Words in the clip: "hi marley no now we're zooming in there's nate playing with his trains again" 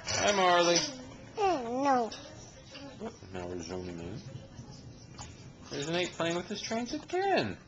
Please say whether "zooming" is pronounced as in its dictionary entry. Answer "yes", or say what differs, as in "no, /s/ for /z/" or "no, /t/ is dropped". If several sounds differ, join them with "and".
yes